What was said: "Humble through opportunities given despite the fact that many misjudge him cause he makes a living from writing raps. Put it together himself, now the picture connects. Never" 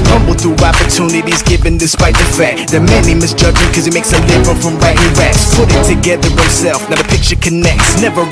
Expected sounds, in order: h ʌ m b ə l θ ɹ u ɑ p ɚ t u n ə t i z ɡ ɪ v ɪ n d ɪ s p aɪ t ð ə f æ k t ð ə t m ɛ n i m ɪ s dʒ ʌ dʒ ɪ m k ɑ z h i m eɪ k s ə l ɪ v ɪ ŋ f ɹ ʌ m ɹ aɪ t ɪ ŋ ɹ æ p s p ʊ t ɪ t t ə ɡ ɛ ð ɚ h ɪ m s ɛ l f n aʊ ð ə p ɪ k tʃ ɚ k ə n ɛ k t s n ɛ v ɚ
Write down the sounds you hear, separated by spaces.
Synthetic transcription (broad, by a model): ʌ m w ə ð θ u ɑ p ɚ t u n ə t i z ɡ ɪ v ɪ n d ɪ s p aɪ t ð ə f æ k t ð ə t m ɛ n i m ɪ s dʒ ʌ dʒ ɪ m k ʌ z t m eɪ k s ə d ɪ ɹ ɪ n f ɹ ʌ m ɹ aɪ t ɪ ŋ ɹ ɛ s p ʊ t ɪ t t ə ɡ ɛ ð ɚ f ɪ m s ɛ l f n aʊ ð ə p ɪ k tʃ ɚ k ə n ɛ k t s n ɛ v ɚ